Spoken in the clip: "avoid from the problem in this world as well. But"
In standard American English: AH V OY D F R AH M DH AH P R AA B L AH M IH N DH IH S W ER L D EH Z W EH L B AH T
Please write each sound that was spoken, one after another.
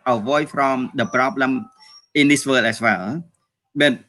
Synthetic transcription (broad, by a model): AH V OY F R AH M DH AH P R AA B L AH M IH N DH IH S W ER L EH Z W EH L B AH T